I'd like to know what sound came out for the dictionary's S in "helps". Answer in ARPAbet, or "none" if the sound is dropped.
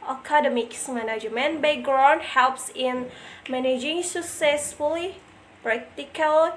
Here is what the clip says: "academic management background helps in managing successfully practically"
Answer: S